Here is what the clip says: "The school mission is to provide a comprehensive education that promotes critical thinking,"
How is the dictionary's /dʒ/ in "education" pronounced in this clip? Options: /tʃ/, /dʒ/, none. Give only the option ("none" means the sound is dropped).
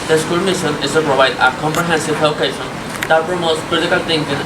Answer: none